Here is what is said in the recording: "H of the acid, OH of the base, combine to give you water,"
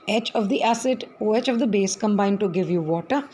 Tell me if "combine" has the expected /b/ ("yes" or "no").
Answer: yes